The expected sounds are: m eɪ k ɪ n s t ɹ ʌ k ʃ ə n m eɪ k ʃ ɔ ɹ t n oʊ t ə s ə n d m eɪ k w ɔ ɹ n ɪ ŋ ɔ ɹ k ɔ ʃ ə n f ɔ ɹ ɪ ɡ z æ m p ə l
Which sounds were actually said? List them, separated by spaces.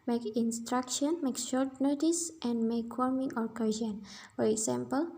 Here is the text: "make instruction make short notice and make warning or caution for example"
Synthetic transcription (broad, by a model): m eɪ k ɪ n s t ɹ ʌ k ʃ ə n m eɪ k ʃ ɔ ɹ t n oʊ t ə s ə n d m eɪ k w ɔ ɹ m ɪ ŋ ɔ ɹ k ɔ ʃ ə n f ɔ ɹ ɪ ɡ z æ m p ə l